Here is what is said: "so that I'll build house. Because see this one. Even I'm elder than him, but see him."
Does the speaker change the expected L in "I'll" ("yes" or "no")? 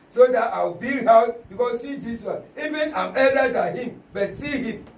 yes